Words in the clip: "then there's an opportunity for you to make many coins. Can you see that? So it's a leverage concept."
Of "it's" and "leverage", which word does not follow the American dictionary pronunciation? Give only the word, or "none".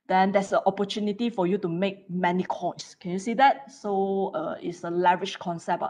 leverage